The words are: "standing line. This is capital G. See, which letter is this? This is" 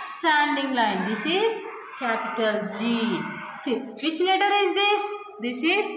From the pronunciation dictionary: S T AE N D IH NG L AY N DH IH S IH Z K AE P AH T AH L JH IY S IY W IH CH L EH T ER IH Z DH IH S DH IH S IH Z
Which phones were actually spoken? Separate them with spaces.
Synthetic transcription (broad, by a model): S T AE N D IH NG L AY N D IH S IH Z K AE P AH T AH L JH IY S IY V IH CH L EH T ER IH Z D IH S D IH S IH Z